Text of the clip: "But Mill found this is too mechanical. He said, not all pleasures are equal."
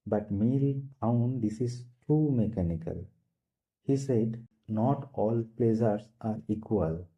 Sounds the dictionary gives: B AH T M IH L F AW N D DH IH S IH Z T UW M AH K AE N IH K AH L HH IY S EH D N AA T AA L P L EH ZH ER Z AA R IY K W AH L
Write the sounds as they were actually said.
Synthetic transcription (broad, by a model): B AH T M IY L P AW N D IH S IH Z T UW M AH K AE N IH K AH L HH IY S EH D N AA T AA L P L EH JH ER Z AA R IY K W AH L